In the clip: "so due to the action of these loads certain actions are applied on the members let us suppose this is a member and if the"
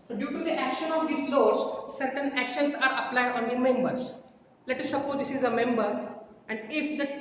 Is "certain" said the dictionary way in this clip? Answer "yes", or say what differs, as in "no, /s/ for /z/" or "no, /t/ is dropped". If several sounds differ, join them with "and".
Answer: yes